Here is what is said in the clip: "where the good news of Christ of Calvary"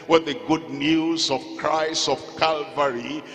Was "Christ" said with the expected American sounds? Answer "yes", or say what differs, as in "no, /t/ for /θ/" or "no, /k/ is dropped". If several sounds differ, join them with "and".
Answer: no, /t/ is dropped